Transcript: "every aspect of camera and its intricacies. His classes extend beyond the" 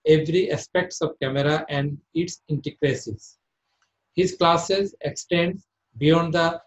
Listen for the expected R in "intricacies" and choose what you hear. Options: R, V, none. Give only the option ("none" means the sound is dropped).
none